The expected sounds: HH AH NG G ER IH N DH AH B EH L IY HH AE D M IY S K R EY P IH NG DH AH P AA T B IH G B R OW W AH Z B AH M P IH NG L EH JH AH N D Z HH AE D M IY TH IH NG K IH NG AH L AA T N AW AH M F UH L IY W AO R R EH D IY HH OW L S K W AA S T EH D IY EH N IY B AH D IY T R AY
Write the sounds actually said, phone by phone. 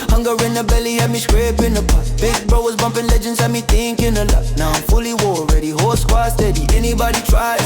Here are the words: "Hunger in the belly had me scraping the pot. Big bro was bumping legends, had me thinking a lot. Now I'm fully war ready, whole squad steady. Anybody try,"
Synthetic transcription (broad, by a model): HH AH NG G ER IH N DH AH B EH L IY HH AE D M IY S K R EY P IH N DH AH B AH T B IH G B R OW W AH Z B AH M P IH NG L EH JH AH N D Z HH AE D M IY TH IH NG K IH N AH L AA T N AW AH M F UH L IY W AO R R EH D IY HH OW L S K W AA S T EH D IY EH N IY B AH D IY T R AY